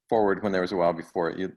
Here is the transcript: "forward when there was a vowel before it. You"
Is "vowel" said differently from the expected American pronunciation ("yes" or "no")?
yes